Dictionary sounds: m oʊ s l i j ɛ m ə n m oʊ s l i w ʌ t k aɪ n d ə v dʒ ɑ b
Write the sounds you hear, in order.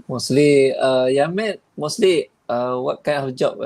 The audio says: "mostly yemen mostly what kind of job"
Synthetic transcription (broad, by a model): m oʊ s l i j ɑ m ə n m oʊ s l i w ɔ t k aɪ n ə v dʒ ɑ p